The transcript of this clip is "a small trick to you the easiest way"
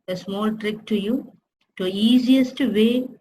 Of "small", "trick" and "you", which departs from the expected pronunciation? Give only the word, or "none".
none